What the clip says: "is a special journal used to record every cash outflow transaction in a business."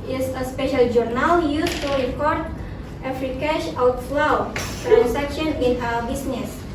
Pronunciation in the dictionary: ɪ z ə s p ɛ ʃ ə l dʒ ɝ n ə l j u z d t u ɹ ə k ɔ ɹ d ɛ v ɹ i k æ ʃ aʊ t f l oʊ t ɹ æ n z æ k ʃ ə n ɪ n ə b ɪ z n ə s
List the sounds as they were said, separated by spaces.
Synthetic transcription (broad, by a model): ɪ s ə s p ɛ ʃ ə l dʒ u n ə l j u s t u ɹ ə k ɔ ɹ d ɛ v ɹ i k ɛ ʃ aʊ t l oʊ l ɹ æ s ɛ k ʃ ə n ɪ n ə b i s n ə s